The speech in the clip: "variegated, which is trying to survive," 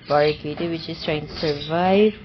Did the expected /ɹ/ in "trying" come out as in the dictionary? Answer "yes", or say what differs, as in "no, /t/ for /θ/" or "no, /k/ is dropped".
yes